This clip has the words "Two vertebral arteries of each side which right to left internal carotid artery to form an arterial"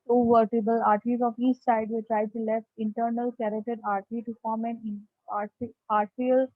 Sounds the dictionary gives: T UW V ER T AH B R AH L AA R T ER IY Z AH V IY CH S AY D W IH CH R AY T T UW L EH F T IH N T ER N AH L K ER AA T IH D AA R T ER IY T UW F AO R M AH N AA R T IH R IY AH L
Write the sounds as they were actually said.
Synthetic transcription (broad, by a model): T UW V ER T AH B AH L AA R T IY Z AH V IY CH S AY D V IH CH R AY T T UW L EH F T IH N T ER N AH L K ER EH T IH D AA R T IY T UW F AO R M AH N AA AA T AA R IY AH L